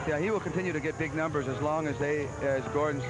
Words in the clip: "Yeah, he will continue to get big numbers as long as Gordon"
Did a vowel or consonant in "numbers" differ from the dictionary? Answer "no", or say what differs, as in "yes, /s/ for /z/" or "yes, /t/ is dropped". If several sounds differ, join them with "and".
no